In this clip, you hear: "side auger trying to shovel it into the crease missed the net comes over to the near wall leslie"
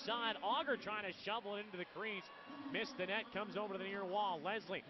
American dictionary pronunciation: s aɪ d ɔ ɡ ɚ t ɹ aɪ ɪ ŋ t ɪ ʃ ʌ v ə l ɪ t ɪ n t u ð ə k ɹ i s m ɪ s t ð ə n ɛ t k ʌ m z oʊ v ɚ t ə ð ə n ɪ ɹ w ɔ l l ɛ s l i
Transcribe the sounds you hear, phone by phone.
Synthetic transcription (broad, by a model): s aɪ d ɔ ɡ ɚ t ɹ aɪ ɪ ŋ t ɪ ʃ ʌ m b l ɪ t ɪ n t u ð ə k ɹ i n m ɪ s ð ə n ɛ t k ʌ m z oʊ v ɚ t ð ə n ɪ ɹ w ɔ l l ɛ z l i